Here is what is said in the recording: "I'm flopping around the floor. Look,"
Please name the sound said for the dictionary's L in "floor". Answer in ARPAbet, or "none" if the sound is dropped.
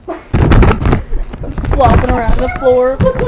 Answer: L